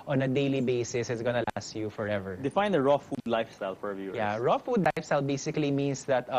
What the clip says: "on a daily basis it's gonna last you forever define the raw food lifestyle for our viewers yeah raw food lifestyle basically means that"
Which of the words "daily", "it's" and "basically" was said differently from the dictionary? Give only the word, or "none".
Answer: none